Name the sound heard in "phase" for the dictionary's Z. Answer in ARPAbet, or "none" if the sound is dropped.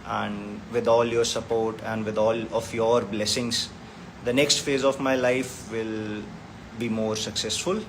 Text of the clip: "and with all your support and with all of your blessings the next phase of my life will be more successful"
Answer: Z